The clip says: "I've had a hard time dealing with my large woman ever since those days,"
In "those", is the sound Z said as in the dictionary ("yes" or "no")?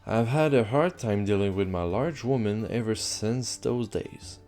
yes